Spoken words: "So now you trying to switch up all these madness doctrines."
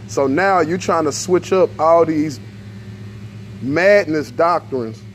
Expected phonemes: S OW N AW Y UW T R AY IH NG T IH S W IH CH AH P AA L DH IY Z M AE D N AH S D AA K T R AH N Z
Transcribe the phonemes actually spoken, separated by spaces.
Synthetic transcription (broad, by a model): S OW N AW Y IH T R AY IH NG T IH S W IH CH AH P AA L DH IY Z M AE D N AH S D AA K T R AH N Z